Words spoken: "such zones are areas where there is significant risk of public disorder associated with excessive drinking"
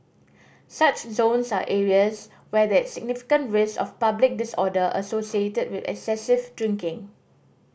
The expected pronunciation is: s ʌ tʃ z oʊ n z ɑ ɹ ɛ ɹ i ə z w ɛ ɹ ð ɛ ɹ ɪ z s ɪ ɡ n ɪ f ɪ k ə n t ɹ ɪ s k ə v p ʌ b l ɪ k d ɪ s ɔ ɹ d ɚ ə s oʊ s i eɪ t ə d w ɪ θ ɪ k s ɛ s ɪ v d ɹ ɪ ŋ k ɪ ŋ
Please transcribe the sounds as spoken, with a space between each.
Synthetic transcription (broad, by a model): s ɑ tʃ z oʊ n s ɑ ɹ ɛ ɹ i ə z w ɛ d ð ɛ s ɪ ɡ n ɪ f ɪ k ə n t ɹ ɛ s ə f p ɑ b l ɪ k d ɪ s ɔ d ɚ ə s oʊ s i eɪ t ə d w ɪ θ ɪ k s ɛ s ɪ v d ɹ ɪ ŋ k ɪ ŋ